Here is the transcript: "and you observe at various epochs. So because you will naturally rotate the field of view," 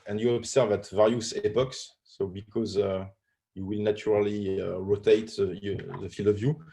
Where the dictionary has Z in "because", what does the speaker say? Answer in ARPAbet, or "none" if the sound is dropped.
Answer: Z